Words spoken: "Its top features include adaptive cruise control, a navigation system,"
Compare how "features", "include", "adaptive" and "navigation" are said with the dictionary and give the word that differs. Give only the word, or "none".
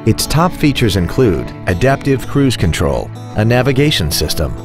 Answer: none